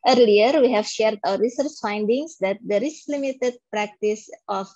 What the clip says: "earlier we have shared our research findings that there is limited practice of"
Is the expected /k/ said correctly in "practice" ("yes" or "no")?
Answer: yes